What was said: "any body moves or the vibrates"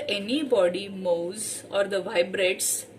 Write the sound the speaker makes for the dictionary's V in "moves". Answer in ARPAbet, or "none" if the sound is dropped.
W